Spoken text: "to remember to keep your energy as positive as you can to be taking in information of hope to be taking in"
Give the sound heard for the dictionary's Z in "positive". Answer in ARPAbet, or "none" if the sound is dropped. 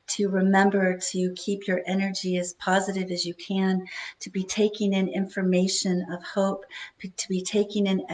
Z